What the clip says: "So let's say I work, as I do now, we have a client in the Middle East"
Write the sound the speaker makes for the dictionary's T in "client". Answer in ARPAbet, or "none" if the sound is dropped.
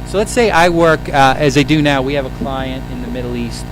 T